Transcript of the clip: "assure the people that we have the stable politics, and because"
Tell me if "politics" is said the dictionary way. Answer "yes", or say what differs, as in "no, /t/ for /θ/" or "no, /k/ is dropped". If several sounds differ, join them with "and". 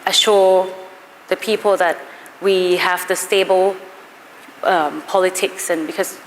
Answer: yes